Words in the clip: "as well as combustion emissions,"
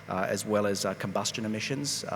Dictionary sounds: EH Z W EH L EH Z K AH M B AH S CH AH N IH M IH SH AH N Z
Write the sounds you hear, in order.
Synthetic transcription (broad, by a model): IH Z W EH L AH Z K AH M B AH S CH AH N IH M IH SH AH N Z